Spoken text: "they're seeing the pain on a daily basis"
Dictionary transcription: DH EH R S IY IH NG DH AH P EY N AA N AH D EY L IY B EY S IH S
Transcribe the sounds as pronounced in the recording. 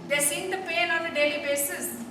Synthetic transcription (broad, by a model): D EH S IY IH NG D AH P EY L AA N AH D EY L IY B EY S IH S